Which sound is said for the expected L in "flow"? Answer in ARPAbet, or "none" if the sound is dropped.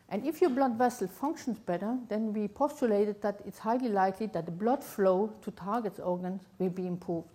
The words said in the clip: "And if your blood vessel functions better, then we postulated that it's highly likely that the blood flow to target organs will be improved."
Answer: L